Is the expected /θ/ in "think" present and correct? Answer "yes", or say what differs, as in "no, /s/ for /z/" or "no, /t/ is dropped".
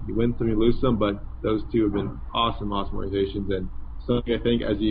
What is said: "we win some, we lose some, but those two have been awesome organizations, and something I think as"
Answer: yes